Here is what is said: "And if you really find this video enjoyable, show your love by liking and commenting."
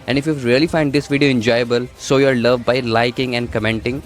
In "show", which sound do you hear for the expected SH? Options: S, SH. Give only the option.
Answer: S